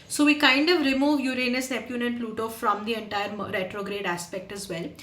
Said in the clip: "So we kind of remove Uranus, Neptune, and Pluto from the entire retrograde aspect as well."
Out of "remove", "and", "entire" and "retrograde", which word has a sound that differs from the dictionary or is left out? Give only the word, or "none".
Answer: none